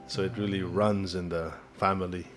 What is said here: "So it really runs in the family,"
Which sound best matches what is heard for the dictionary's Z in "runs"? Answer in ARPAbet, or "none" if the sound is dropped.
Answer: Z